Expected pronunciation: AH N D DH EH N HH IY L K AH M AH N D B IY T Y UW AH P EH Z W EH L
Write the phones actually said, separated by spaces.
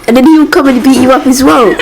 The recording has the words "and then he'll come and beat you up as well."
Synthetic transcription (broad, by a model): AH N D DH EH N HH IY W K AH M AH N B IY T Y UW AH P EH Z W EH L